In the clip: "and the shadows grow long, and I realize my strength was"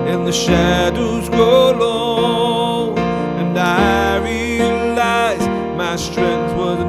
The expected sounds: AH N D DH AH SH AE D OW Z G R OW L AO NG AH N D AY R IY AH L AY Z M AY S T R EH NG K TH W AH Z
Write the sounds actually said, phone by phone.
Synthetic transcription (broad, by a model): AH N DH AH SH AE D OW Z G OW L AO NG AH N AY R IY AH L AY Z M AY S T R EH NG K TH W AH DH